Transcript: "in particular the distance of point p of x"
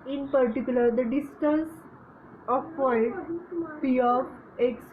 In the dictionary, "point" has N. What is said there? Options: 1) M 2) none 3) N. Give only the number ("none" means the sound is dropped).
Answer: 2